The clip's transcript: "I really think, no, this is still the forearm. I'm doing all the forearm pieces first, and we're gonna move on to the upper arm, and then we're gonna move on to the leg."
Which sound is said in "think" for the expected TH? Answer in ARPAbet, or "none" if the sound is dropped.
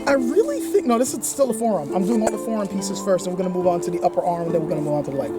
TH